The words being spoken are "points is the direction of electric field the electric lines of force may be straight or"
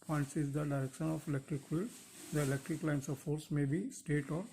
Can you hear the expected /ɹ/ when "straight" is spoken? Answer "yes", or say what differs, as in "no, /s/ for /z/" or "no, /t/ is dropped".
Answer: no, /ɹ/ is dropped